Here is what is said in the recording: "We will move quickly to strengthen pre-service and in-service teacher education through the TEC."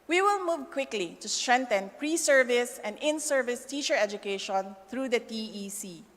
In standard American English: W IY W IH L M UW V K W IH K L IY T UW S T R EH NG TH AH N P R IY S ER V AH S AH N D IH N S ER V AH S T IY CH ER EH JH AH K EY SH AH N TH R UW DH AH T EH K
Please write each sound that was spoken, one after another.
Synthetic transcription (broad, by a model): W IY W IH L M UW V K W IH K L IY T UW S T R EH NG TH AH N P R IY S ER V AH S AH N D IH N S ER V AH S T IY CH ER EH JH AH K EY SH AH N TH R UW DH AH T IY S